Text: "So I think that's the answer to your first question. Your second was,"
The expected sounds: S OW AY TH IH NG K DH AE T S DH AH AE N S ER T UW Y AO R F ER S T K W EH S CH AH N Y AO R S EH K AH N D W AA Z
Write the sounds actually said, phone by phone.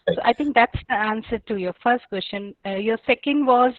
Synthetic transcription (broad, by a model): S OW AY T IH NG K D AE T S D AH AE N S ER T UW Y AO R F ER S T K W EH S CH AH N Y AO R S EH K AH N D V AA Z